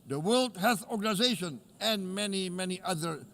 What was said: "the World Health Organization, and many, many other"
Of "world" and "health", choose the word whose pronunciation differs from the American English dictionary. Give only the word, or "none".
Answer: health